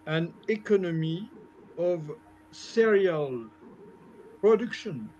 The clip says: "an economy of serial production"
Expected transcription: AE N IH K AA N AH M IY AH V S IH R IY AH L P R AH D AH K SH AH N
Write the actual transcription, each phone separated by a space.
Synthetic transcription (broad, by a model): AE N IH K AA N AH M IY AH V S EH R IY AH L P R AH D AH K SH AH N